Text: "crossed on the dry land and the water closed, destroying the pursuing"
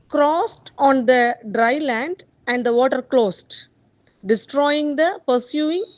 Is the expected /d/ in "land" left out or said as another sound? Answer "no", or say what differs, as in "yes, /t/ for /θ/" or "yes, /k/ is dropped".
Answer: no